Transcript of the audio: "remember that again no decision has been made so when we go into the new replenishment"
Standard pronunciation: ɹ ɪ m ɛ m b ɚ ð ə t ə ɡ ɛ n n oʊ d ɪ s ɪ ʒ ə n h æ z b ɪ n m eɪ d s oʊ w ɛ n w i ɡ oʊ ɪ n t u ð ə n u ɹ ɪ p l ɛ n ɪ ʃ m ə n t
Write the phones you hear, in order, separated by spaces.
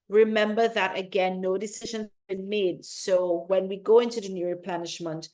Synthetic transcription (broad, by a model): ɹ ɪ m ɛ m b ɚ ð ə t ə ɡ ɛ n n oʊ d ɪ s ɪ ʒ ə n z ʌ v b ɪ n m eɪ d s oʊ w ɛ n w i ɡ oʊ ɪ n t u ð ə n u ɹ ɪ p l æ n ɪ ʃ m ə n t